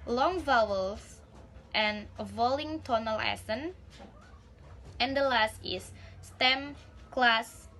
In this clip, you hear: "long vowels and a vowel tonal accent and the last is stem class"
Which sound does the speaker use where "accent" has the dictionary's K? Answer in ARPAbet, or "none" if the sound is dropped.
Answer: none